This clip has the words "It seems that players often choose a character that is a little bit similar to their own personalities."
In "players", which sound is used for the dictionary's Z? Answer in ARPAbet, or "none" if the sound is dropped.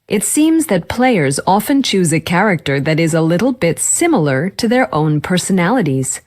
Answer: Z